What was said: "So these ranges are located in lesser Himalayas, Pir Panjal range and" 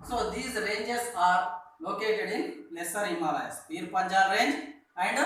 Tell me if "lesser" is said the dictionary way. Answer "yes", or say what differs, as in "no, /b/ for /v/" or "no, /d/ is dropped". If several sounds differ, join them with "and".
yes